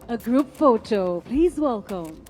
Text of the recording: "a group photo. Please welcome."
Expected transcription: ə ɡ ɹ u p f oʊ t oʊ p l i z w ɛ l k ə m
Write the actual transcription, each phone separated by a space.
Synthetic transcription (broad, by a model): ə ɡ ɹ u p f oʊ t oʊ p l i z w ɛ l k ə m